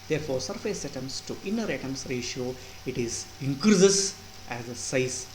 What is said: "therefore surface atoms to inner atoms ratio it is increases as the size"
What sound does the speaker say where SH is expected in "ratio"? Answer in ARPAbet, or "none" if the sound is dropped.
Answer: SH